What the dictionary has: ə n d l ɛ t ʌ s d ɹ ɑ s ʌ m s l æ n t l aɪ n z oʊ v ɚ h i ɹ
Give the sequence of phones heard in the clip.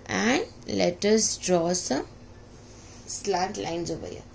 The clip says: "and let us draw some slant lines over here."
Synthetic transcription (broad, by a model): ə n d l ɛ t ʌ s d ɹ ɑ s ʌ m s l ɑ t l aɪ n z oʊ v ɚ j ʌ